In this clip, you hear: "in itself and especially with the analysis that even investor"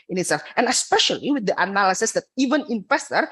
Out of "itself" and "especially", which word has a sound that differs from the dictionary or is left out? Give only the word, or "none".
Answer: none